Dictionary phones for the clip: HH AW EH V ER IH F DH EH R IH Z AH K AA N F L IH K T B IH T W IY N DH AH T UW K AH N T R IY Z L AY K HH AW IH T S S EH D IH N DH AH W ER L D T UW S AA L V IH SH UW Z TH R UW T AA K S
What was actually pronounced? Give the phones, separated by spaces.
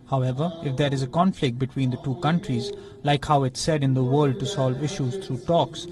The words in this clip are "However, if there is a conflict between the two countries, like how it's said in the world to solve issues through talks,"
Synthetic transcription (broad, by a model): HH AW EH V ER IH F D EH R IH Z AH K AA N F L IH K T B IH T W IY N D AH T UW K AH N T R IY Z L AY K HH AW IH T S S EH D IH N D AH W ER L D T UW S AA L V IH SH UW Z T R UW T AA K S